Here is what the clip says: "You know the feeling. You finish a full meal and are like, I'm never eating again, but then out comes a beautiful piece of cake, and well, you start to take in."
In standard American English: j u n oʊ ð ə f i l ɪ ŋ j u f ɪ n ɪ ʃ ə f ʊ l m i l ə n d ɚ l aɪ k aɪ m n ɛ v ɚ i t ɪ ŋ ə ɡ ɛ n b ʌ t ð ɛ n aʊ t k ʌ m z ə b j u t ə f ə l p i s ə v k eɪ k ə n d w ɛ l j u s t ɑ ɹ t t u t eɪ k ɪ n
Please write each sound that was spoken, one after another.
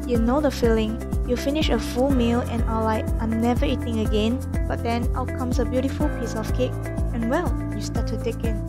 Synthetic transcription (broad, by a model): j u n oʊ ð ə f i l ɪ ŋ j u f ɪ n ɪ ʃ ə f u l m i l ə n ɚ l aɪ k aɪ m n ɛ v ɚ i t ɪ ŋ ə ɡ ɛ n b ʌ t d ɛ n aʊ t k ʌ m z ə b j u t ə f ə l p i s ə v k eɪ k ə n w ɛ l j u s t ɑ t t u t eɪ k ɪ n